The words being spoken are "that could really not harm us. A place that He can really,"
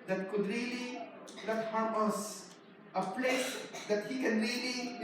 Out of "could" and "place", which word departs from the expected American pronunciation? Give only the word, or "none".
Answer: place